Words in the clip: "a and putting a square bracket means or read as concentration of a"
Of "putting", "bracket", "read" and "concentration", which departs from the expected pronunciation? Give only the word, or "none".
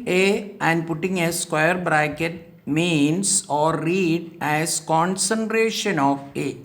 none